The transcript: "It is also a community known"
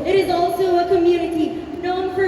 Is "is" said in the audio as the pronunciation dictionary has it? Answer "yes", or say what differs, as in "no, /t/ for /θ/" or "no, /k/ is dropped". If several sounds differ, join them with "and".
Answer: yes